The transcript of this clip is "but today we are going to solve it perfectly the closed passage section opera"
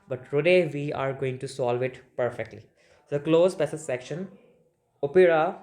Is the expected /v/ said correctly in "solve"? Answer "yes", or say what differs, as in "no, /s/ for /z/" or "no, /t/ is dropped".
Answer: yes